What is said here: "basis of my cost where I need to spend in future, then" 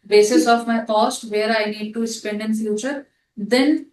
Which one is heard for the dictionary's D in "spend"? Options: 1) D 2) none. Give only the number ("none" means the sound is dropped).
1